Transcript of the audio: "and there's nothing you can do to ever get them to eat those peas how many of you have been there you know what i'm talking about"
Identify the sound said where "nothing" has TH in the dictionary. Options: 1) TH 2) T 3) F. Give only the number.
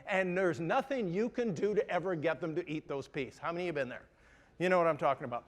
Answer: 1